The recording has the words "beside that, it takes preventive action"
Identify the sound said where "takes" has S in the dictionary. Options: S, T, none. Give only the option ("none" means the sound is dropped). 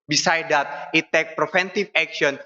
none